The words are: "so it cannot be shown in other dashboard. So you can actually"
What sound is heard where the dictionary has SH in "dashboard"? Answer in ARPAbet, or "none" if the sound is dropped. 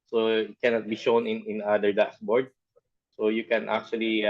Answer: S